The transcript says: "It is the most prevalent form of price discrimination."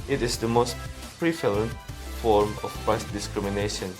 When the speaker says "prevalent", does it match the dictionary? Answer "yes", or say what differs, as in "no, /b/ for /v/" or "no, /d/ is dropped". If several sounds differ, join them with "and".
no, /f/ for /v/